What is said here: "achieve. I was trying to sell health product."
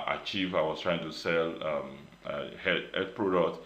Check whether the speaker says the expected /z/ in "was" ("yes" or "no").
no